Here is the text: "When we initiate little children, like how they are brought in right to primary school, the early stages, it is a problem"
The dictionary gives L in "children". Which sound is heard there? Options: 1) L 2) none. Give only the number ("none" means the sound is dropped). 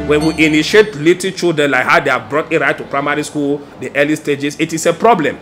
2